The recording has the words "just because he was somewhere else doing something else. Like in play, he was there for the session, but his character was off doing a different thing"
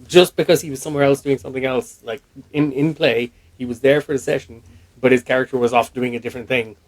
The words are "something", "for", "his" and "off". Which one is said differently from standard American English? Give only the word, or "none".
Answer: none